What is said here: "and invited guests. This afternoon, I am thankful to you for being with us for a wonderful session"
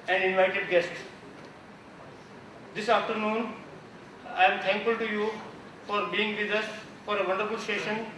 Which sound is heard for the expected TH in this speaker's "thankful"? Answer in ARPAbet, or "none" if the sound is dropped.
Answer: T